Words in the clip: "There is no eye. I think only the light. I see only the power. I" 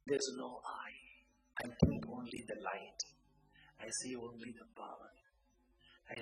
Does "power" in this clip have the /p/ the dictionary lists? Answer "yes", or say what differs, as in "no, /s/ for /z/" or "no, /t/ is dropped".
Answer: no, /b/ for /p/